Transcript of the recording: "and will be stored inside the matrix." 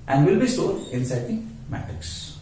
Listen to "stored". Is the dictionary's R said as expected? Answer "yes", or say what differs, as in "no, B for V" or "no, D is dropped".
no, L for R